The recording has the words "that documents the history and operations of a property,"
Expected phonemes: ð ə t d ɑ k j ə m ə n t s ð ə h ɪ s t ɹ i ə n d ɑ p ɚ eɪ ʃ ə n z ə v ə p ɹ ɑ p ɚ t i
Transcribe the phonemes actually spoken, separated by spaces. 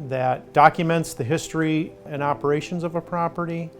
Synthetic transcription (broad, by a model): ð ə t d ɑ k j ə m ə n t s ð ə h ɪ s t ɹ i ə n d ɑ p ɚ eɪ ʃ ə n z ə v ə p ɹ ɑ p ɚ t i